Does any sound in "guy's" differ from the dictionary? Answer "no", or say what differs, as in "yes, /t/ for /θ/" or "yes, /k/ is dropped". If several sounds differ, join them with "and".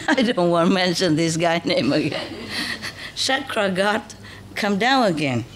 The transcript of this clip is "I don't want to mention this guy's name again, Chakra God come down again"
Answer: yes, /z/ is dropped